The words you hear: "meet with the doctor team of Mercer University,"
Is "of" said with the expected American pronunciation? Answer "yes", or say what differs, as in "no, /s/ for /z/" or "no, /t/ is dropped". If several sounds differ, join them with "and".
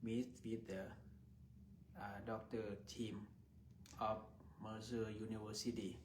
no, /f/ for /v/